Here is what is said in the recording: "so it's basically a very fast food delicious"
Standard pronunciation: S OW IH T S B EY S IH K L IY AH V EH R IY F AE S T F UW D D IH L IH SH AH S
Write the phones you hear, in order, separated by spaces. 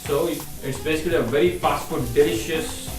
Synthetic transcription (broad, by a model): S OW IH T S B EY S IH K L IY AH V EH R IY P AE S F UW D D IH L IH SH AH S